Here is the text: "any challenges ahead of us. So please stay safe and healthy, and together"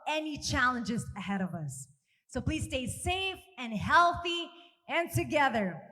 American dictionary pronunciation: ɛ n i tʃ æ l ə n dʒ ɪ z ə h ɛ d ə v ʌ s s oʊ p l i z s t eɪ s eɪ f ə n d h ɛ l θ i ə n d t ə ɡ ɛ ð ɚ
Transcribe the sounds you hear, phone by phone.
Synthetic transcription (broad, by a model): ɛ n i tʃ æ l ə n dʒ ɪ z ə h ɛ d ə v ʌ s s oʊ p l i z s t eɪ s eɪ f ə n h ɛ l θ i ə n t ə ɡ ɛ ð ɚ